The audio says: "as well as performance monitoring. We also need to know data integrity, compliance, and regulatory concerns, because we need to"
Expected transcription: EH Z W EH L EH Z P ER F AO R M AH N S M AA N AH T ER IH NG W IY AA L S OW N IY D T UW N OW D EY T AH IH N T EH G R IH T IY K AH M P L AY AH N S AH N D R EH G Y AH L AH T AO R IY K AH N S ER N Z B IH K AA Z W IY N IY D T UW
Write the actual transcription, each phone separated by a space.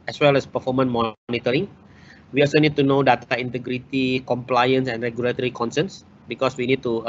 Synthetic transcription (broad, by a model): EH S W EH L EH S P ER F AO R M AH N M AA N AH T ER IH NG W IY AA L S OW N IY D T UW N OW D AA T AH IH N T EH G R IH T IY K AH M P L AY AH N S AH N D R EH G Y AH L AH T AO R IY K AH N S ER N S B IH K AA S W IY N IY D T UW